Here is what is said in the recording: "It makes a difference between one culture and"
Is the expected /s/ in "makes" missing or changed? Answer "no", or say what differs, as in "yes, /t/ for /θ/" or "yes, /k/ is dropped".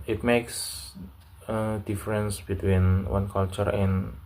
no